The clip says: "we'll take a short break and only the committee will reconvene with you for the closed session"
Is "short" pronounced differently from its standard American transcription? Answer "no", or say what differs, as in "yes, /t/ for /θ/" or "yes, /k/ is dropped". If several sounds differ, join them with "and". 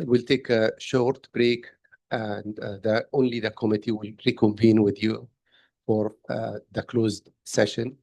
no